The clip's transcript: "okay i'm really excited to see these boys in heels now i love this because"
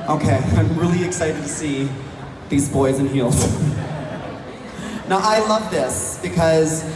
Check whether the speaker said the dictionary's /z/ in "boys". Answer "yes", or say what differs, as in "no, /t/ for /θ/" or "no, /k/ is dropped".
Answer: yes